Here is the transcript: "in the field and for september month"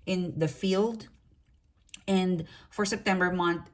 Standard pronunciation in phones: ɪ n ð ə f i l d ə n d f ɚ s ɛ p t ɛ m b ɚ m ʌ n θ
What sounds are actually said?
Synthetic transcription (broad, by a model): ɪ n ð ə f i l d ə n d f ɚ s ɛ p t ɛ m b ɚ m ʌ n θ